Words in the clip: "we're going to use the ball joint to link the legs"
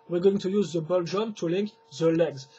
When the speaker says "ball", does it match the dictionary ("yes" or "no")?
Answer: yes